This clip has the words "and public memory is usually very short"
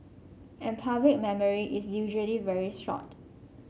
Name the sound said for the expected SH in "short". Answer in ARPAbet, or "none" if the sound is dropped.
S